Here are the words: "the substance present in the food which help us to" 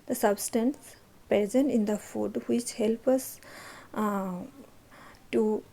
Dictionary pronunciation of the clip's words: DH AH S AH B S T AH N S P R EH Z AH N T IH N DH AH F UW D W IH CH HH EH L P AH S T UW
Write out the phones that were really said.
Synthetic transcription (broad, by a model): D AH S AH B S T AH N S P EH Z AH N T IH N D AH F UW D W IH CH HH EH L P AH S T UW